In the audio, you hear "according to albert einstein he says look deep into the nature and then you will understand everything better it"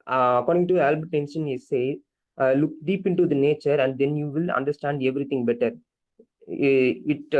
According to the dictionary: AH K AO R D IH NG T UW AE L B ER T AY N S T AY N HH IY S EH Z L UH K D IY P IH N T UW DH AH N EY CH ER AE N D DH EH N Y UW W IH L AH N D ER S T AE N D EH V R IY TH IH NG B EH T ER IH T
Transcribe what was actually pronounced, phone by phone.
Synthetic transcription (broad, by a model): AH K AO R D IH NG T UW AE L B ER T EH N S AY N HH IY S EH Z L UH K D IY P IH N T UW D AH N EY CH ER AE N D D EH N Y UW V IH L AH N D ER S T AE N D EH V R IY T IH NG B EH T ER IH T